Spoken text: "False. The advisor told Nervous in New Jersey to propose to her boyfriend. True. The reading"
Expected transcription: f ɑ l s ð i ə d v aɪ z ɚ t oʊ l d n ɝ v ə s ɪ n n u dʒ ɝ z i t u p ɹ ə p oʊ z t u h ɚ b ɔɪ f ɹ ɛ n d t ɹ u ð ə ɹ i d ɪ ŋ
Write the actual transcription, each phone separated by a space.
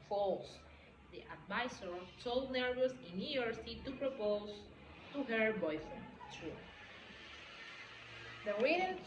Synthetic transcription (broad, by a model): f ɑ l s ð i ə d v aɪ s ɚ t oʊ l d n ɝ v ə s ɪ n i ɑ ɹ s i t u p ɹ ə p oʊ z t u h ɚ b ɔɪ f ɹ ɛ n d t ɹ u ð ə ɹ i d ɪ